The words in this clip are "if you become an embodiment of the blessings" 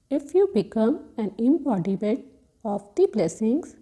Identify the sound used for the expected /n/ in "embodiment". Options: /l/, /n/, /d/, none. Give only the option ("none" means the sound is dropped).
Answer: none